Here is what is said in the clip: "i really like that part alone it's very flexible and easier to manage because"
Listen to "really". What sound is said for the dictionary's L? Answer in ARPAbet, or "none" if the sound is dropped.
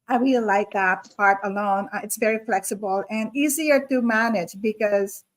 W